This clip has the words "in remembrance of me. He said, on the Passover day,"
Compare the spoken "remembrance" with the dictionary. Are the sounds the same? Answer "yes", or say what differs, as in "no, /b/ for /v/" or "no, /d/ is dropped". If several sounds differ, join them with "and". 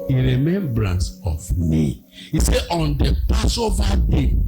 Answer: yes